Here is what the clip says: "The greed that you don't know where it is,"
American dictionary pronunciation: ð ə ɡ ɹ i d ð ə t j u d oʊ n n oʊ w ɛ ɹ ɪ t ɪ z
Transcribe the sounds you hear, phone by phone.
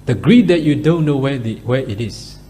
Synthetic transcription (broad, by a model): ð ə ɡ ɹ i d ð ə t j u d oʊ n n oʊ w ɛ w ɪ t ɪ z